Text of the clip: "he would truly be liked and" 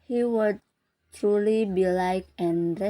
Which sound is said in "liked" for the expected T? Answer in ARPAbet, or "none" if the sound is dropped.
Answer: none